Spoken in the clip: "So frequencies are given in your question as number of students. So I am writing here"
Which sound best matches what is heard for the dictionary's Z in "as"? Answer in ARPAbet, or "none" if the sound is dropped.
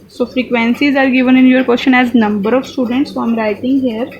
Z